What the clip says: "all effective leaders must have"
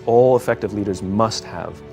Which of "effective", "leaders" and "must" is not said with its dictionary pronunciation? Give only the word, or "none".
none